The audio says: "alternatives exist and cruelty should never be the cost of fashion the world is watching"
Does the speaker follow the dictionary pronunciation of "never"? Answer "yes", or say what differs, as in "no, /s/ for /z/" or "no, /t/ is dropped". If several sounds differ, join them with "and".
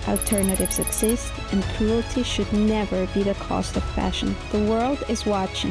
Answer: yes